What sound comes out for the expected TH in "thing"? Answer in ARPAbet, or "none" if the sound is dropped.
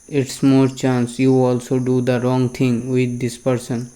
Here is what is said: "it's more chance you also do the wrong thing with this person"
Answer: T